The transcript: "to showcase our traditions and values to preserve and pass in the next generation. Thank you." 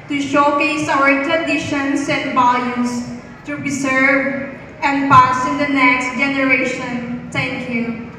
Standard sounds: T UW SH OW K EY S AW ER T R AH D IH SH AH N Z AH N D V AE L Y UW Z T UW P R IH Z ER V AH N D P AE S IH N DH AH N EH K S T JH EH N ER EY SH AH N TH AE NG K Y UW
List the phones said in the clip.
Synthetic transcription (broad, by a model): T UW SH OW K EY S AW ER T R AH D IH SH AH N S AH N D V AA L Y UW S T UW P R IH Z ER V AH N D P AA S IH N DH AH N EH K S T JH EH N ER EY SH AH N T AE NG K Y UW